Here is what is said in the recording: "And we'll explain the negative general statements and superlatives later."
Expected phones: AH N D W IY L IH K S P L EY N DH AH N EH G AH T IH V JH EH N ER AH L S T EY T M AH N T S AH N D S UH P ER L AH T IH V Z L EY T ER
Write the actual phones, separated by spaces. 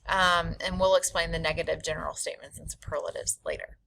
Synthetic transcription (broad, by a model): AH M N W IY L IH K S P L EY N DH AH N EH G AH T IH V JH EH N ER L S T EY T M AH N T S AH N S UH P ER L AH T IH V Z L EY T ER